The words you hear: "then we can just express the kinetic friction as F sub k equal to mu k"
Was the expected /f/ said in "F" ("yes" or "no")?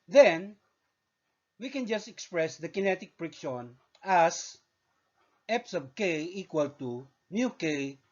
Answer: no